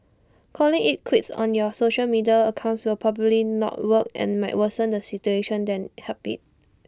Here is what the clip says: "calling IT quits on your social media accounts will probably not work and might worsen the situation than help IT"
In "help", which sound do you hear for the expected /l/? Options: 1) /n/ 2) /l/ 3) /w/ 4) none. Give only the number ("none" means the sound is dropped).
4